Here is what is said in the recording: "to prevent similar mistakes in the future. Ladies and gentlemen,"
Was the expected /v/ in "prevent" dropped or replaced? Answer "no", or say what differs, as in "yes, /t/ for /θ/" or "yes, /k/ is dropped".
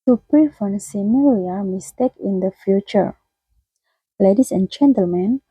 yes, /f/ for /v/